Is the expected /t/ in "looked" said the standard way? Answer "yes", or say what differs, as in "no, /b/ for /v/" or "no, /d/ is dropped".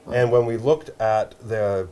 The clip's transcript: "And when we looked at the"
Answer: yes